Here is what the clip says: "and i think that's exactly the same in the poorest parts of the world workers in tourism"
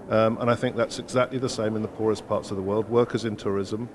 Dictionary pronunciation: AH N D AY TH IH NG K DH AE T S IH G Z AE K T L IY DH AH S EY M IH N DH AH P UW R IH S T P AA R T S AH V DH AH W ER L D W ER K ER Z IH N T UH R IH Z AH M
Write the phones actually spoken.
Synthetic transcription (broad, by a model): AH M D AY TH IH NG K DH AE T S IH G Z AE K T L IY DH AH S EY M IH N DH AH P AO R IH S P AA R T S AH V DH AH W ER L D W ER K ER Z IH N T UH R IH Z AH M